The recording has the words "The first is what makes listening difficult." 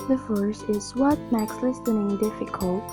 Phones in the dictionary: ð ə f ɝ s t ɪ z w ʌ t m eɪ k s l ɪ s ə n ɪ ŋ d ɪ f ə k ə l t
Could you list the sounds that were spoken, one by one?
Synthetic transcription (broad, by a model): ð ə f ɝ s ɪ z w ʌ t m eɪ k s l ɪ s ə n ɪ ŋ d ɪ f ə k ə l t